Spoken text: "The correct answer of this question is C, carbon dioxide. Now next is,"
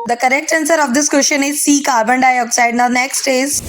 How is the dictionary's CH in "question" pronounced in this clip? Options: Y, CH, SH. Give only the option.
SH